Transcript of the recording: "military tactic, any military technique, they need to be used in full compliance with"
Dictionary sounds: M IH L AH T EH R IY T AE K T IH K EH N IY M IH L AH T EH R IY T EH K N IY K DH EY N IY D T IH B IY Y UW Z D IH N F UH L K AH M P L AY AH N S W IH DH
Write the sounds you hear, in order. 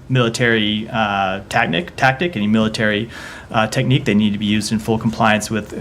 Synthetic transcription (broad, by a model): M IH L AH T EH R IY T AE K T IH K EH N IY M IH L AH T EH R IY T EH K N IY K DH EY N IY D T IH B IY Y UW Z D IH N F UH L K M P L AY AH N S W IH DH